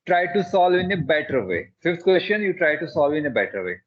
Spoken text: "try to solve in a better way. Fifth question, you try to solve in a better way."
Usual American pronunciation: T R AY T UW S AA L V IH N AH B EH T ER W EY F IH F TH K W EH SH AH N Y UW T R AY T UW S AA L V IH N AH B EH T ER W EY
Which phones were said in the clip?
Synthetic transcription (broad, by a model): T R AY T UW S AA L V IH N AH B EH T ER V EY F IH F T K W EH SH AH N Y UW T R AY T UW S AA L V IH N AH B EH T ER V EY